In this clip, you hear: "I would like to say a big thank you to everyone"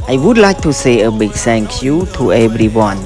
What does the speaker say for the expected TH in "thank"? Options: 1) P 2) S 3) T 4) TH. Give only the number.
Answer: 2